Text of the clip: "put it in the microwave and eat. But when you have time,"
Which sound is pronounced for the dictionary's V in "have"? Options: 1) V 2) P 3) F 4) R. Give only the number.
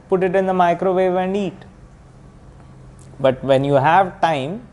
1